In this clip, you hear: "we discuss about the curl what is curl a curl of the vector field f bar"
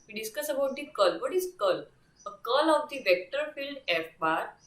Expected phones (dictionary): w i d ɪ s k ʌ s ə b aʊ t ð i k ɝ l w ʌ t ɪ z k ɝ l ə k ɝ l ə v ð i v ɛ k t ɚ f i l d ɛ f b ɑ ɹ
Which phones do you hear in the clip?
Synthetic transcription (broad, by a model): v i d ɪ s k ʌ s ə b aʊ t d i k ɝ l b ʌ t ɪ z k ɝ l ə k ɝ l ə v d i v ɛ k t ɚ f i l d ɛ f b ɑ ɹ